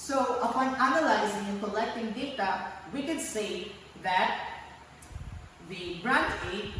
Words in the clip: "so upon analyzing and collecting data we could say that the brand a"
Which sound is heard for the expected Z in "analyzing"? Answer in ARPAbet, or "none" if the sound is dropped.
Z